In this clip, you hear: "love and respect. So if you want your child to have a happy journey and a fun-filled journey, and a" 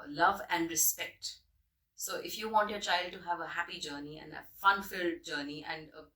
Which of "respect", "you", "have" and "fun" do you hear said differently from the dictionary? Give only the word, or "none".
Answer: none